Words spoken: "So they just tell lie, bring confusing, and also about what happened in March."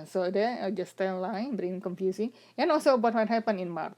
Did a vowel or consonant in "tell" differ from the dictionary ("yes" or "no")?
yes